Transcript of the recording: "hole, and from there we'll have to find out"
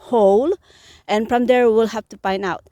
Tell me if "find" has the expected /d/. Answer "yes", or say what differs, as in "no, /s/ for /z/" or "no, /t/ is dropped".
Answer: no, /d/ is dropped